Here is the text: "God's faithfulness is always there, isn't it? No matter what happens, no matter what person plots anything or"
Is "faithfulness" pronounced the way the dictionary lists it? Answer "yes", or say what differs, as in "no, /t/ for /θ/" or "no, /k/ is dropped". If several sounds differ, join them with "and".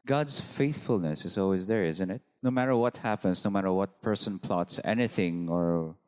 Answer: yes